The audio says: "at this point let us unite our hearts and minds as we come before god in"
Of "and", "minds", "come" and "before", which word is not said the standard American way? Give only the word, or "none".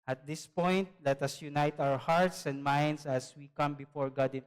minds